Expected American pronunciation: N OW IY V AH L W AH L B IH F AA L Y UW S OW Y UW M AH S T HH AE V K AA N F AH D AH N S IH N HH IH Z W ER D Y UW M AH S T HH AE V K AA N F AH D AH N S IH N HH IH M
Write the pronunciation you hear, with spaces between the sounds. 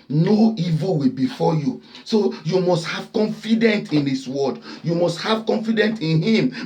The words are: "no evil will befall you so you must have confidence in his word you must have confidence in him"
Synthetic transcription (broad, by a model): N OW IY V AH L W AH B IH F AA Y UW S OW Y UW M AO S T HH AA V K AA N F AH D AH N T IH N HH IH S W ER D Y UW M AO S T HH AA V K AA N F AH D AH N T IH N HH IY M